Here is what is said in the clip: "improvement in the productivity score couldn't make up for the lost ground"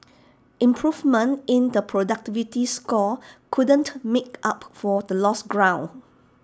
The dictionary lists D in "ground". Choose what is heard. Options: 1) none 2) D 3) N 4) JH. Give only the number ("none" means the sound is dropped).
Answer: 1